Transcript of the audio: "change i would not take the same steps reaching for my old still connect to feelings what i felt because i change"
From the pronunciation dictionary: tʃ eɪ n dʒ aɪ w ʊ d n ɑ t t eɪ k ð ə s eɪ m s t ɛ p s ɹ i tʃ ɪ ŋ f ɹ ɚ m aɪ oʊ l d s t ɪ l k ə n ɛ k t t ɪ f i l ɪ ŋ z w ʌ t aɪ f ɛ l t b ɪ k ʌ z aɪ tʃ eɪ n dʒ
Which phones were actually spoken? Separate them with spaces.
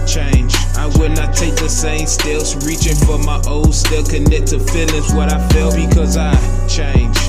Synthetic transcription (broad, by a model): tʃ eɪ n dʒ aɪ w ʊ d n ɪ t t eɪ k ð ə s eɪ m s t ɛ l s ɹ i tʃ ɪ ŋ f ɹ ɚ m aɪ oʊ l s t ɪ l k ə n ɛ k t t ɪ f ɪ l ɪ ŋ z w ʌ t aɪ f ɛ l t b ɪ k ʌ z aɪ tʃ eɪ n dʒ